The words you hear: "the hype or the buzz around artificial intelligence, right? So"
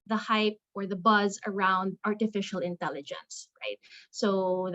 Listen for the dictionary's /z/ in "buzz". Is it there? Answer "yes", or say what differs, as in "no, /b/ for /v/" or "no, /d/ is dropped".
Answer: yes